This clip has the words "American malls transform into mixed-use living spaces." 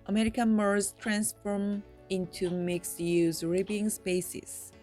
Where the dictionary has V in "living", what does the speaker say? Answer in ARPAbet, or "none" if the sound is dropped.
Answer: B